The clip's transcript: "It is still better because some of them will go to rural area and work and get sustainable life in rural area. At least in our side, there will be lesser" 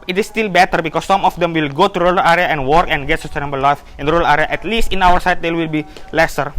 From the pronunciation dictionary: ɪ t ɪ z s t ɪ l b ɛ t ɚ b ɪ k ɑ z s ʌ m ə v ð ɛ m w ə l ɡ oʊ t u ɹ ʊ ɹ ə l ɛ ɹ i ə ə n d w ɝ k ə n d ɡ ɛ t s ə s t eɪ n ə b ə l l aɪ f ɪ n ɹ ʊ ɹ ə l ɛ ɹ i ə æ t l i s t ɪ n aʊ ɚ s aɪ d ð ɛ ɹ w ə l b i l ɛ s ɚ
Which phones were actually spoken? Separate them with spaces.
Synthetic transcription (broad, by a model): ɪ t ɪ s t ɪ l b ɛ t ɚ b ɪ k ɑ s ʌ m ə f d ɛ m w ə l ɡ oʊ t u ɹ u l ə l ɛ ɹ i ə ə n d w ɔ k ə n ɡ ɛ t s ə s t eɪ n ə b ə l l aɪ f ɪ n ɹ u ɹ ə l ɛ ɹ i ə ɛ t l i s t ɪ n aʊ ɚ s aɪ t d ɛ w ə l b i l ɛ s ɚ